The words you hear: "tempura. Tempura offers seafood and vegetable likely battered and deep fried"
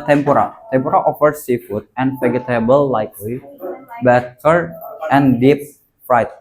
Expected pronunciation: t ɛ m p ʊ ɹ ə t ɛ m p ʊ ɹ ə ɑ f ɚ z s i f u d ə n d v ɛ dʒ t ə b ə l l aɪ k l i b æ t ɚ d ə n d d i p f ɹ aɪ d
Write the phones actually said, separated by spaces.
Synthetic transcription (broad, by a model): t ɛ m p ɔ ɹ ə t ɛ m p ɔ ɹ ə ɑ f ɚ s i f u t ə n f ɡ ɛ t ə b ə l l aɪ k l i b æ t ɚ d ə n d d i p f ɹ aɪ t